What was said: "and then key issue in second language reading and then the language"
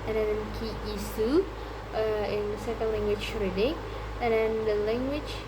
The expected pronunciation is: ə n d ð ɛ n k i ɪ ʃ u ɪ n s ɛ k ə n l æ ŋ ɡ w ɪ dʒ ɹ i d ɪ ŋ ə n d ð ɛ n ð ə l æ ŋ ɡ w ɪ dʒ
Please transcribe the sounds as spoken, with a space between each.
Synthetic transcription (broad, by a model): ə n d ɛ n k i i s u ɪ n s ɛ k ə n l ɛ ŋ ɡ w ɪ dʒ ɹ i d ɪ ŋ ə n d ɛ n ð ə l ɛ ŋ ɡ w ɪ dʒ